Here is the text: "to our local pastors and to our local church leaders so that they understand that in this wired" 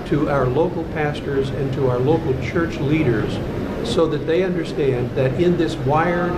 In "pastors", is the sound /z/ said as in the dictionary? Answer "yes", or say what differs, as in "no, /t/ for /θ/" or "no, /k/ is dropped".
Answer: yes